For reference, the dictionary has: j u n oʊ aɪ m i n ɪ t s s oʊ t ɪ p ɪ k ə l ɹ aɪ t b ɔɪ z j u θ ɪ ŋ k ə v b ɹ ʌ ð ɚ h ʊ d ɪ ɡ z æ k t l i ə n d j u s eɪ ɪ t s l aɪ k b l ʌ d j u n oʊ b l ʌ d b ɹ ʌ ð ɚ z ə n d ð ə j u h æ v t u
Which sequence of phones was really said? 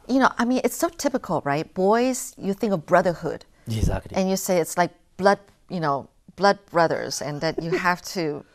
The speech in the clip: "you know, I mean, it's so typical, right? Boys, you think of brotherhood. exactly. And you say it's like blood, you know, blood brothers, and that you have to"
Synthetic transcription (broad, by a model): j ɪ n oʊ aɪ m i n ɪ t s s oʊ t ɪ p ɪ k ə l ɹ aɪ t b ɔɪ z j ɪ θ ɪ ŋ k ə v b ɹ ʌ ð ɚ h ʊ d ɪ ɡ z æ k t l i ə n j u s eɪ ɪ t s l aɪ k b l ʌ d j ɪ n oʊ b l ʌ d b ɹ ʌ ð ɚ z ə n ð ə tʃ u h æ f t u